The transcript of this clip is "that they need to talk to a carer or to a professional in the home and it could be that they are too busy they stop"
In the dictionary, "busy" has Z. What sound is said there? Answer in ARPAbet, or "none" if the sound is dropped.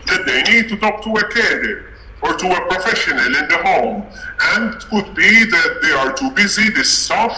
Z